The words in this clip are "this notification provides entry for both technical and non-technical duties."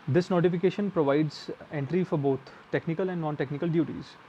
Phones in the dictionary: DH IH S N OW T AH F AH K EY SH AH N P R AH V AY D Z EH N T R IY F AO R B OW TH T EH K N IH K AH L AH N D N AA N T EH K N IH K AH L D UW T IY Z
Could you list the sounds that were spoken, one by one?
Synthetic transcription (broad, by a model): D IH S N OW T AH F AH K EY SH AH N P R AH V AY D Z EH N T R IY F AO R B OW T T EH K N IH K AH L AH N D N AA N T EH K N IH K AH L D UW T IY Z